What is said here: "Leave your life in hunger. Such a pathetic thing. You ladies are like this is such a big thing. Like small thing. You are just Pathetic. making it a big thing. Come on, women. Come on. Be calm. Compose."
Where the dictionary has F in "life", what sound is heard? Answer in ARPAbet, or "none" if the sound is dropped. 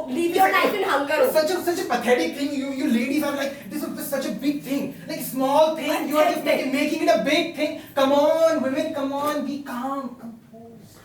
none